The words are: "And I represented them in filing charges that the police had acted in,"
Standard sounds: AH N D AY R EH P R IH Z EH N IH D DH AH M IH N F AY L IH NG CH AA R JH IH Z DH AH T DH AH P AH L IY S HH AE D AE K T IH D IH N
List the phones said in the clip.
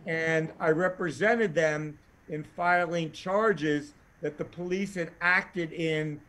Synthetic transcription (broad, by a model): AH N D AY R EH P R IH Z EH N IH D DH AH M IH N F AY L IH NG CH AA R JH IH Z DH AH T DH AH P AH L IY S HH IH D AE K T IH D IH N